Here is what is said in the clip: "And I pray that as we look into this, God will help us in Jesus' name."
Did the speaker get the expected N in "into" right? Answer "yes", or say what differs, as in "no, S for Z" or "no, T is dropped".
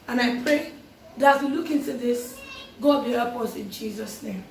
yes